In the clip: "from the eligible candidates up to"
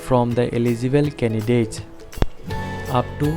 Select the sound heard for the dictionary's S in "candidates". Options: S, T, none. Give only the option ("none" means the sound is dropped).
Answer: none